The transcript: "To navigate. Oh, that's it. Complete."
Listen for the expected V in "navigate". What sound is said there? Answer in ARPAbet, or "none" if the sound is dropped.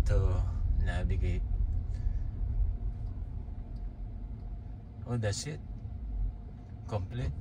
B